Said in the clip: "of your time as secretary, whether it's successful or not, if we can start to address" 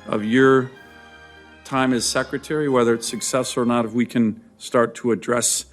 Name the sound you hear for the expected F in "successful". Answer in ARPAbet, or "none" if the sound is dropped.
none